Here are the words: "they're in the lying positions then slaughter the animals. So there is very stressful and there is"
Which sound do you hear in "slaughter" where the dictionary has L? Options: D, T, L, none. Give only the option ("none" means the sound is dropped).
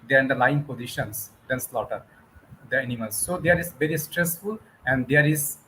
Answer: L